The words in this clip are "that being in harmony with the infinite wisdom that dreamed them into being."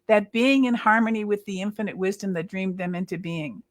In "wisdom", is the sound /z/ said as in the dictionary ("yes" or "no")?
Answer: yes